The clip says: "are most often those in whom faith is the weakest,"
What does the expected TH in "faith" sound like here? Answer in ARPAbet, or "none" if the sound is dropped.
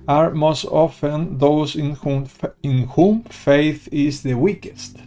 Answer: TH